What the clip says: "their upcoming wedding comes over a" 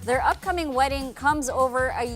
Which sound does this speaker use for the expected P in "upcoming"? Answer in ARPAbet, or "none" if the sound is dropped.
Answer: P